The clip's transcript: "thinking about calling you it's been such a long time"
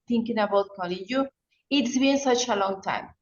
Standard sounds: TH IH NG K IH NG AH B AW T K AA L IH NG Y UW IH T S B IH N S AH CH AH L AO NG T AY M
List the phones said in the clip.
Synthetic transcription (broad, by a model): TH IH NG K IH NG AH B AW T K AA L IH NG Y UW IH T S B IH N S AH CH AH L AO NG T AY M